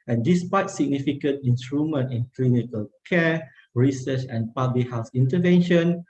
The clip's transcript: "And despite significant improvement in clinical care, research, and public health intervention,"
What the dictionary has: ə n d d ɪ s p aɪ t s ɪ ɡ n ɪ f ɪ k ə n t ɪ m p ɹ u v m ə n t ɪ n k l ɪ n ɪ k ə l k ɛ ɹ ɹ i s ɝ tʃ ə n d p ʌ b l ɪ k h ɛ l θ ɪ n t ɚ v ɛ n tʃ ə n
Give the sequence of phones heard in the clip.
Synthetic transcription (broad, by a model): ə n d d ɪ s p aɪ t s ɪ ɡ n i f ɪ k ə n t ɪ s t ɹ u m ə n t ɪ n k l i n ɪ k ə l k ɛ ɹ ɹ i s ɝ tʃ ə n p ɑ b l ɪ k h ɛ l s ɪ n t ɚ v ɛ n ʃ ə n